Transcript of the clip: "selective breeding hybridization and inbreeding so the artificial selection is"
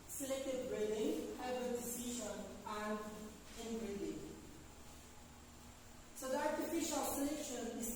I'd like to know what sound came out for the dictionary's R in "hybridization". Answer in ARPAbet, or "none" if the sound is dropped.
none